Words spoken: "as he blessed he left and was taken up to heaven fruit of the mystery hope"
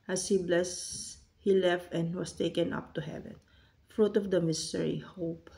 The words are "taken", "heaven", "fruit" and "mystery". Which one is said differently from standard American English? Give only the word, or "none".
none